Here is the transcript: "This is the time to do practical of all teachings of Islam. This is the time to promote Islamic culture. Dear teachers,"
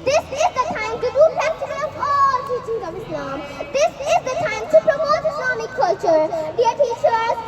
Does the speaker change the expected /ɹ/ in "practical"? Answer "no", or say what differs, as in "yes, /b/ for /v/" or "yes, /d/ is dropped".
yes, /ɹ/ is dropped